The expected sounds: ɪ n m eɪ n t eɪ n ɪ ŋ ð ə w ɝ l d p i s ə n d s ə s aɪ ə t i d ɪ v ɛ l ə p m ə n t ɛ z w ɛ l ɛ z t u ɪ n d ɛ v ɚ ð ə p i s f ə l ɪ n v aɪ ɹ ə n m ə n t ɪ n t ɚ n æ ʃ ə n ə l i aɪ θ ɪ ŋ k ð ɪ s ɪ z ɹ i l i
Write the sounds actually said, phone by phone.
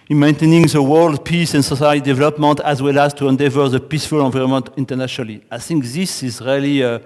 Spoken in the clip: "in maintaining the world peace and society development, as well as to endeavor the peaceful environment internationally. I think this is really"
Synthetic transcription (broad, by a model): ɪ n m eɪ n t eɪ n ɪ ŋ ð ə w ɝ l d p i s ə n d s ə s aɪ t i d ɪ v ɛ l ə p m ə n t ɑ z w ɛ l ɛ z t u ɪ n d ɛ v ɚ ð ə p i s f ə l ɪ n v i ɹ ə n m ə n t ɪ n t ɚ n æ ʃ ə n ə l i aɪ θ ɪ ŋ k ð ɪ s ɪ z ɹ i l i